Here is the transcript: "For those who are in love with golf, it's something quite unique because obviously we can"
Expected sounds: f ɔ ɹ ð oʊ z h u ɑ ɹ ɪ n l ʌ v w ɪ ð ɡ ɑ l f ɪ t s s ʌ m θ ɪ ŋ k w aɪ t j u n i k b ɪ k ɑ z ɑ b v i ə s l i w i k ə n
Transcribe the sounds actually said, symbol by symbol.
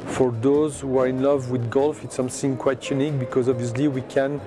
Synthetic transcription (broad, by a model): f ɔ ɹ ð oʊ z h u ɑ ɹ ɪ n l ʌ v w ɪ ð ɡ ɑ l f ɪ t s s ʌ m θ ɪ ŋ k w aɪ t j u n i k b ɪ k ɑ z ɑ b v i ə s l i w i k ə n